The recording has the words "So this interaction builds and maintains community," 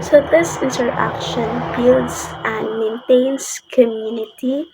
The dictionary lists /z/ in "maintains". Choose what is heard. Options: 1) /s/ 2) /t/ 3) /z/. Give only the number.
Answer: 1